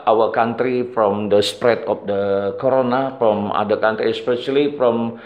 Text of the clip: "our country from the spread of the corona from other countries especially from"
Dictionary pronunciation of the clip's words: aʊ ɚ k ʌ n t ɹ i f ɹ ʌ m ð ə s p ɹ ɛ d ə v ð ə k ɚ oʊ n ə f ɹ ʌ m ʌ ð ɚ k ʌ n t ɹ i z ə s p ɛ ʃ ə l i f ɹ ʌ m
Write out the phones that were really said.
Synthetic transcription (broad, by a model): aʊ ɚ k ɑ n t ɹ i f ɹ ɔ m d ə s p ɹ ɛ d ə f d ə k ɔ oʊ n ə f ɹ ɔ m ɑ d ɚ k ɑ n t ɹ i ə s p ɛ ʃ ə l i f ɹ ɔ m